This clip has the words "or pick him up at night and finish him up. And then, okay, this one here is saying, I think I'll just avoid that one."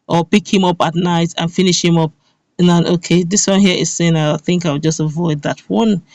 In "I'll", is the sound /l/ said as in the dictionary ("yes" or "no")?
no